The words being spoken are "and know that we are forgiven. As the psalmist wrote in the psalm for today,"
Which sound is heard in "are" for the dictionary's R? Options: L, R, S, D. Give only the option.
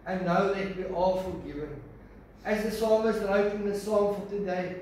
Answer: L